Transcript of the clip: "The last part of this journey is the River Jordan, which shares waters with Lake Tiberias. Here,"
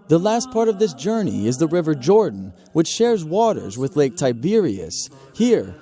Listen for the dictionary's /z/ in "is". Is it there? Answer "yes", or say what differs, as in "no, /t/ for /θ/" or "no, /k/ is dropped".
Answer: yes